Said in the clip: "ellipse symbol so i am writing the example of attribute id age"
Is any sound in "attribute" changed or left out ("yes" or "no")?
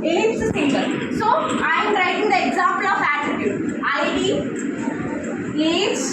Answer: yes